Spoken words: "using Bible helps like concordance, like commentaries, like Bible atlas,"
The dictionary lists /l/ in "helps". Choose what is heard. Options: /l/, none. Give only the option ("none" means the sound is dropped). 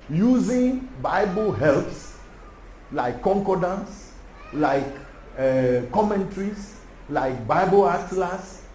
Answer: /l/